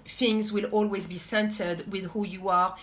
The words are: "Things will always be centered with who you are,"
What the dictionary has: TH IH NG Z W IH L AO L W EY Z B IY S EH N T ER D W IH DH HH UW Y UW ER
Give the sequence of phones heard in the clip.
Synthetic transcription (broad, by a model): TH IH NG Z W IH L AO L W EY Z B IY S EH N T ER D W IH DH HH UW Y UW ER